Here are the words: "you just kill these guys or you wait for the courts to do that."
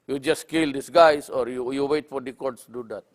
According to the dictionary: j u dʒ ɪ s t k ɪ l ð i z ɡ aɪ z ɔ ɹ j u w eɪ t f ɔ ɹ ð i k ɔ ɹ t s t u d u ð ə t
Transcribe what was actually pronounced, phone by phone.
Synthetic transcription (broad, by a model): j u dʒ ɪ s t k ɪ l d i s ɡ aɪ s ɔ ɹ j u w eɪ t f ɔ ɹ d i k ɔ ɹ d s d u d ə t